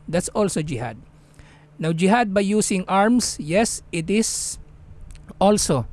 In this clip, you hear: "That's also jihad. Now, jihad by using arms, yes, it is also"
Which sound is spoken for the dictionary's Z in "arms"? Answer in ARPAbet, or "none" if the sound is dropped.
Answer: S